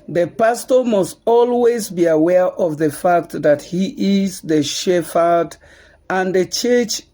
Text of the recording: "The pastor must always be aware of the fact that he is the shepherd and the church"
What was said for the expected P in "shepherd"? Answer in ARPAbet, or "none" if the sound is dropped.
F